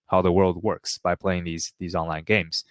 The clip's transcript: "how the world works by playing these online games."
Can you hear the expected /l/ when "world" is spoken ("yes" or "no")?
yes